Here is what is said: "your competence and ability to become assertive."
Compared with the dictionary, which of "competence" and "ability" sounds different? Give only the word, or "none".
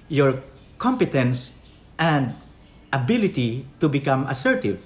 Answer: none